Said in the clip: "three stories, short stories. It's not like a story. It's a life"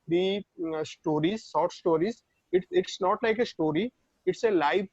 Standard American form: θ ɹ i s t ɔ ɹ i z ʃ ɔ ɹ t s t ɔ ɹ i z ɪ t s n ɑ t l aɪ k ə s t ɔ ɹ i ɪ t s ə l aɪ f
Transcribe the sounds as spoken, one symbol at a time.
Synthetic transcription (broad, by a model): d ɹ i s t ɔ ɹ i z s ɔ ɹ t s t ɔ ɹ i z ɪ t s n ɑ t l aɪ k ə s t ɔ ɹ i ɪ t s ə l aɪ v